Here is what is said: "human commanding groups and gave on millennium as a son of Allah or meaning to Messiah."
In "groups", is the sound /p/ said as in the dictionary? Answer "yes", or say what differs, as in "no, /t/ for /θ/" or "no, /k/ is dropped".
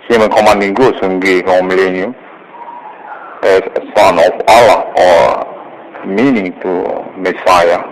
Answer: no, /p/ is dropped